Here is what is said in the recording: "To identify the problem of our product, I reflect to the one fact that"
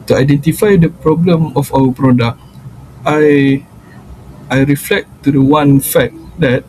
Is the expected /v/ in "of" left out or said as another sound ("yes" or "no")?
yes